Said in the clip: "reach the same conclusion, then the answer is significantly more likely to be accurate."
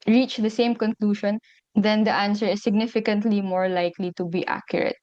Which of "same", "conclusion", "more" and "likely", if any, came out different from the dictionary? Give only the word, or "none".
conclusion